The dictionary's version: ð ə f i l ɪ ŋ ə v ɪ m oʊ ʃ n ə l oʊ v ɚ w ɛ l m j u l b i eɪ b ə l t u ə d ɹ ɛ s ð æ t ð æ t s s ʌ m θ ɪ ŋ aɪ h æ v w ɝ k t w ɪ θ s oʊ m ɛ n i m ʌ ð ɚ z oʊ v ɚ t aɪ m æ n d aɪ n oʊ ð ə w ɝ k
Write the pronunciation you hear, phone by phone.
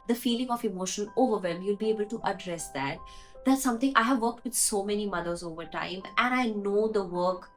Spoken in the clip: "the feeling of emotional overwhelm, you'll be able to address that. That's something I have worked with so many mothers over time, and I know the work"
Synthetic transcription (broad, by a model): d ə f i l ɪ ŋ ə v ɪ m oʊ ʃ ə n oʊ v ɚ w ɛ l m j u l b i eɪ b ə l t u ə d ɹ ɛ s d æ t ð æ t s s ʌ m t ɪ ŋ aɪ h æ v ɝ k t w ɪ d s oʊ m ɛ n i m ʌ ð ɚ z oʊ v ɚ t aɪ m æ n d aɪ n oʊ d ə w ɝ k